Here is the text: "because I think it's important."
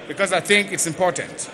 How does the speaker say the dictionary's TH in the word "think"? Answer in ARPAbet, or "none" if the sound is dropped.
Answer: TH